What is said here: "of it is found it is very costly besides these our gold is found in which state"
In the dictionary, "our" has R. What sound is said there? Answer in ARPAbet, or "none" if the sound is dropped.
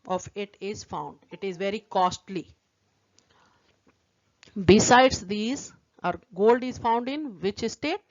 R